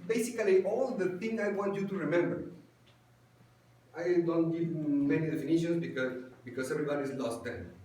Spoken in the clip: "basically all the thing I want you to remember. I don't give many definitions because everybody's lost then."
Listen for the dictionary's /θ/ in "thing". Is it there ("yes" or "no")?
no